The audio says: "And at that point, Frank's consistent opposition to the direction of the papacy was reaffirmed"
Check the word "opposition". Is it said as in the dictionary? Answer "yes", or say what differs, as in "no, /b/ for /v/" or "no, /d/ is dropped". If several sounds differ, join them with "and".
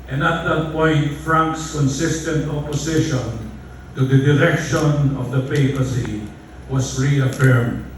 no, /s/ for /z/